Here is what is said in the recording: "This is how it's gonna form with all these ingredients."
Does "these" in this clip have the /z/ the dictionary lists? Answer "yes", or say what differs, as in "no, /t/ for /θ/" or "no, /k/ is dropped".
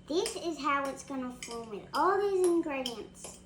yes